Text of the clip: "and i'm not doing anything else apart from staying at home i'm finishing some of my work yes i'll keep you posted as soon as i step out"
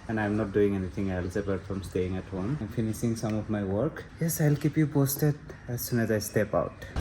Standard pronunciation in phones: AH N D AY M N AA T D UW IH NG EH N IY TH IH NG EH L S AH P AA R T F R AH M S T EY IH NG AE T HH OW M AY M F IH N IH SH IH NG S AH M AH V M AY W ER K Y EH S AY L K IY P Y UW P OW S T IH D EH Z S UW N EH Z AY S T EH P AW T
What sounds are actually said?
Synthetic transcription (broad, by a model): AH N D AY M N AA T D UW IH NG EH N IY T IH NG EH L S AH B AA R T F R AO M S T EY IH NG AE T HH OW M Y M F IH N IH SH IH NG S AH M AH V M AY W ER K Y EH S AY L K IY P Y UW P OW S T IH D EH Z S UW N EH Z AY S T EH P AW T